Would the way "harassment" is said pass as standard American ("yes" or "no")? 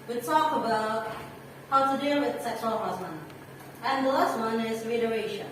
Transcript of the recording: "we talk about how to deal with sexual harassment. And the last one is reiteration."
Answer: no